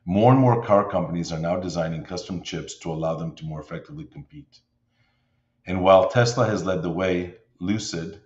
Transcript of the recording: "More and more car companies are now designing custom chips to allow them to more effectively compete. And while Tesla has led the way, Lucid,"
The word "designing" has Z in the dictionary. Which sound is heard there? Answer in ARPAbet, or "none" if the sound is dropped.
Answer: Z